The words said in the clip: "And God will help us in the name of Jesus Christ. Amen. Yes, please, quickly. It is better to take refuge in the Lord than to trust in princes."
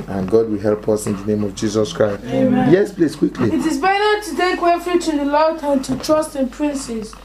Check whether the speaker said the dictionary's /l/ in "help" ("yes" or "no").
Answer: yes